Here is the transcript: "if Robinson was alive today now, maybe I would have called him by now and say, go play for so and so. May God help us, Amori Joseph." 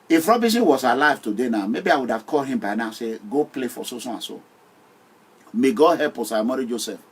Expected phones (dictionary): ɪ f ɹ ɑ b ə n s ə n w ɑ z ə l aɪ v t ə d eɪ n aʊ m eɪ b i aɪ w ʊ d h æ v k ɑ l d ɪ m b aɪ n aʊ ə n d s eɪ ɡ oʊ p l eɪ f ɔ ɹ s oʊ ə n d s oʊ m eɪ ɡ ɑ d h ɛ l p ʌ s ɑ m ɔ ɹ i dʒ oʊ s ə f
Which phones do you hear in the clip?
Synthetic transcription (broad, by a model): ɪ f ɹ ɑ b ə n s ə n w ɑ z ə l aɪ v t ə d eɪ n aʊ m eɪ b i aɪ w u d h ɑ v k ɑ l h ɪ m b aɪ n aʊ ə s eɪ ɡ oʊ p l eɪ f ɔ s s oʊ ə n s oʊ m eɪ ɡ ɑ h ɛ p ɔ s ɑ m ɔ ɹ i dʒ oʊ s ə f